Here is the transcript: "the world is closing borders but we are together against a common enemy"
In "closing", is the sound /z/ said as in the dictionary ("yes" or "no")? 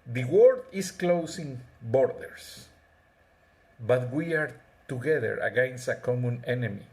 no